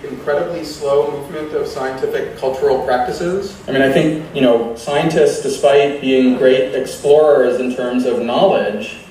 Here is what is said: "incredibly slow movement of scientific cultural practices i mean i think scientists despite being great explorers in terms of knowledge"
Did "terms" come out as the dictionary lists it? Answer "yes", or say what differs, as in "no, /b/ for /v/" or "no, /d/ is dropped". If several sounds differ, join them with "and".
yes